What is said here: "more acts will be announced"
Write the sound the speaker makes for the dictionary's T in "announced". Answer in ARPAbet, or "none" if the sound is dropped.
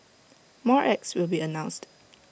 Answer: T